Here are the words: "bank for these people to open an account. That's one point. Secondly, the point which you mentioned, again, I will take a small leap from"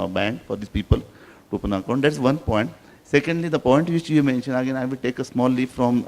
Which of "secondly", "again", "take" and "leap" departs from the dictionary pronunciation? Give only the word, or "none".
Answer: leap